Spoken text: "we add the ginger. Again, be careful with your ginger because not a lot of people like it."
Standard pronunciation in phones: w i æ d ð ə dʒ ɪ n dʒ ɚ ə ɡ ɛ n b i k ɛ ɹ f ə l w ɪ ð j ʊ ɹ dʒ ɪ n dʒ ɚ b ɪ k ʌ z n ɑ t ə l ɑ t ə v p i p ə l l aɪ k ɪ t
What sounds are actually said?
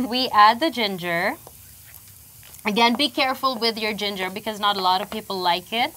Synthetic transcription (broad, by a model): w i æ d ð ə dʒ ɪ n dʒ ɚ ə ɡ ɛ n b i k ɛ ɹ f ə l w ɪ ð j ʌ ɹ dʒ ɪ n dʒ ɚ b ɪ k ʌ z n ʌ t ə l ɑ t ə v p i p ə l l aɪ k ɪ t